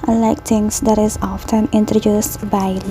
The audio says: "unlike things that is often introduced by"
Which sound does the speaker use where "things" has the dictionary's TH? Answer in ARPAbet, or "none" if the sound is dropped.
T